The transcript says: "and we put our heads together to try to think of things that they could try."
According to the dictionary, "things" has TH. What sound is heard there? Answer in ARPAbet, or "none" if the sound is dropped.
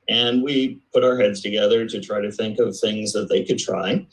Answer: TH